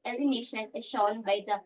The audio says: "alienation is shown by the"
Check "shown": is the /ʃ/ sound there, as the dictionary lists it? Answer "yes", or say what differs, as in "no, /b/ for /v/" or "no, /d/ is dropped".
yes